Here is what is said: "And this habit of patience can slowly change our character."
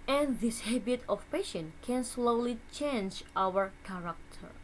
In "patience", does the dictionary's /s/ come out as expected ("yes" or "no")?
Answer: no